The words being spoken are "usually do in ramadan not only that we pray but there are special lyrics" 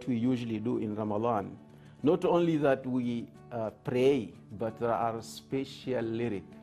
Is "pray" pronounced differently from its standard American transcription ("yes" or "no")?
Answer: no